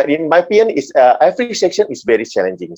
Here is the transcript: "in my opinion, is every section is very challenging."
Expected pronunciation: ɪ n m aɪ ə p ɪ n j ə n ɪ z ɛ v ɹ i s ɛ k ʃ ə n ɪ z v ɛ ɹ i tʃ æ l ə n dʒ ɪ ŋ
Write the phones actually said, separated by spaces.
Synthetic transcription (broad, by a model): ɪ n m aɪ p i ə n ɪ s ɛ f ɹ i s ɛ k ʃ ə n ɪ s v ɛ ɹ i tʃ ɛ l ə n dʒ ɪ ŋ